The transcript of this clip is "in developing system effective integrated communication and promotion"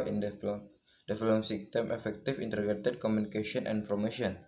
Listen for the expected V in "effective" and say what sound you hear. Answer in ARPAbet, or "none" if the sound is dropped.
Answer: F